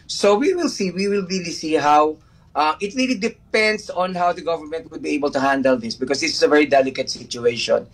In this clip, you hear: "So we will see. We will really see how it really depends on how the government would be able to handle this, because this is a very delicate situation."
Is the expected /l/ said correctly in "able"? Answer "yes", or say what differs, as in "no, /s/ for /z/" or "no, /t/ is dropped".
yes